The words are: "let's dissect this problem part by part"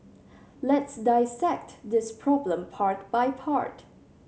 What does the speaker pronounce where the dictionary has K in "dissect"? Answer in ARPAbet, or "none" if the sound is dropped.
K